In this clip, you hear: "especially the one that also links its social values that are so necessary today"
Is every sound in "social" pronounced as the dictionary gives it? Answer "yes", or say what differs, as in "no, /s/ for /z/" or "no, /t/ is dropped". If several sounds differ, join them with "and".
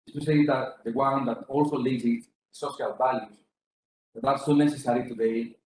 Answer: no, /ʃ/ is dropped